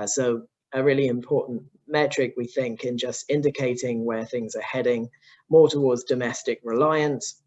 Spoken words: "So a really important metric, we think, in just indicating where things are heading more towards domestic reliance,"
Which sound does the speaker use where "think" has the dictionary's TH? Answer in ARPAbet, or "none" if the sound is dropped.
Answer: TH